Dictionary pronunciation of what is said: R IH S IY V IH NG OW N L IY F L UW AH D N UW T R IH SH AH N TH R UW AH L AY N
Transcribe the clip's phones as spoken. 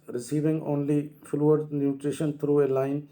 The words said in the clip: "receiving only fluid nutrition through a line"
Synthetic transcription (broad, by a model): R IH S IY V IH NG OW N L IY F L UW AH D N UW T R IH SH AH N T R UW AH L AY N